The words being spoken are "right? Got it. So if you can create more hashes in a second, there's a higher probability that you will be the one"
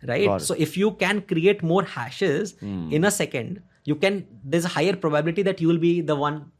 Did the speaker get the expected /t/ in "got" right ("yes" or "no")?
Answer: no